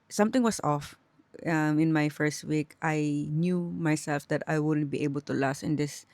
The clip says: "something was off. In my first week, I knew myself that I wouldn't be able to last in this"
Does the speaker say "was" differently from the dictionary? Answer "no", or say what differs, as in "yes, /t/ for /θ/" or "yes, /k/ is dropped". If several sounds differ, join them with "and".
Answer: yes, /s/ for /z/